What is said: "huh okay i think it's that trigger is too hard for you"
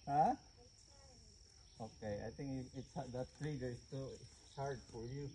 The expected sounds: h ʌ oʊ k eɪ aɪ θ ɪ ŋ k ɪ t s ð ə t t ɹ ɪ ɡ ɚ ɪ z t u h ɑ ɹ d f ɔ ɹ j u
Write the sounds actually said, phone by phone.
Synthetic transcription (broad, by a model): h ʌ oʊ k eɪ aɪ t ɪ ŋ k ɪ t s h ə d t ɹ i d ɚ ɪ s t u h ɑ ɹ d f ɔ ɹ j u